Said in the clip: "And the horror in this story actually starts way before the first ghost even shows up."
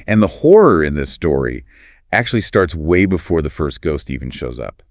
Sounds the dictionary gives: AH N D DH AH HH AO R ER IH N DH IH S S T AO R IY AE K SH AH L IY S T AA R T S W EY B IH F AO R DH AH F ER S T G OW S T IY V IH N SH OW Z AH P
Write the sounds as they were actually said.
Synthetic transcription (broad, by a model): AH N DH AH HH AO R ER IH N DH IH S S T AO R IY AE K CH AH L IY S T AA R T S W EY B IH F AO R DH AH F ER S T G OW S T IY V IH N SH OW Z AH P